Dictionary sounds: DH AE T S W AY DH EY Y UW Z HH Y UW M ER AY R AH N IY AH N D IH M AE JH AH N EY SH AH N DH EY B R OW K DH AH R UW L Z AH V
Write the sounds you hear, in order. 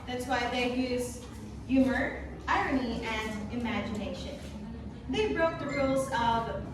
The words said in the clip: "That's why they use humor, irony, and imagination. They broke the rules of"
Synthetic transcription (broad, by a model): DH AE T S W AY DH EY Y UW Z Y UW M ER AY R AH N IY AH N IH M AE JH AH N EY SH AH N DH EY B R OW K DH AH R UW L Z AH V